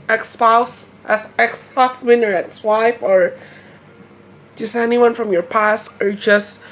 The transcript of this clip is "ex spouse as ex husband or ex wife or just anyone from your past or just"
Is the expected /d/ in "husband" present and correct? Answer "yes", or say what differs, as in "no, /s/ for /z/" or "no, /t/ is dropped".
no, /d/ is dropped